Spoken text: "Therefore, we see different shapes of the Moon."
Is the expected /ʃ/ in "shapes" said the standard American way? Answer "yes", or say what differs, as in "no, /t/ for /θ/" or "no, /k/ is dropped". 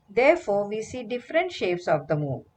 yes